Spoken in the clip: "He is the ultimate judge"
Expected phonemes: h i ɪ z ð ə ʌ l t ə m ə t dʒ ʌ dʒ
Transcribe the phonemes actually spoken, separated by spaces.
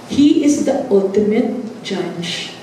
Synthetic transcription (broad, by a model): h i ɪ z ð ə ʌ l t ə m ə t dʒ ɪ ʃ